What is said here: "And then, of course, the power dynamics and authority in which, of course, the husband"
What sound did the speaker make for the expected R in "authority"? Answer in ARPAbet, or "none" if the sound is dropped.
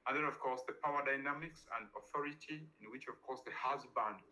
R